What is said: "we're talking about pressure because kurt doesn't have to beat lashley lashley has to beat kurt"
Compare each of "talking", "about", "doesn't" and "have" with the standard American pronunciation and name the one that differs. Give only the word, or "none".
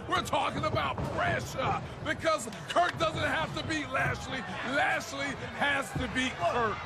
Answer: have